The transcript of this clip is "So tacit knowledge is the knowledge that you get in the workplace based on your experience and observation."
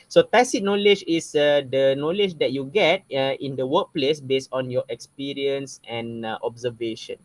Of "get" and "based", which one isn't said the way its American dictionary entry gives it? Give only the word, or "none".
none